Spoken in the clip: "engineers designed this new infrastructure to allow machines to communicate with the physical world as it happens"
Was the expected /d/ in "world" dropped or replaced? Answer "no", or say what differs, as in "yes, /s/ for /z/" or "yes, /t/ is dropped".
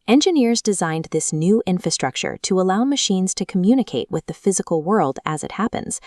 no